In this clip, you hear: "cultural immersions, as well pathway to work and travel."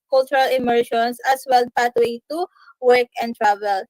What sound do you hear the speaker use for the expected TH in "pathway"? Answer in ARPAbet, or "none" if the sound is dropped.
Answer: T